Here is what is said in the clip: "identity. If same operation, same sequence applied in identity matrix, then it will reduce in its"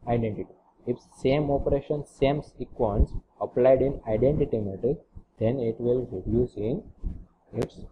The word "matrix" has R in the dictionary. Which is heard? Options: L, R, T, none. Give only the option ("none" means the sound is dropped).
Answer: none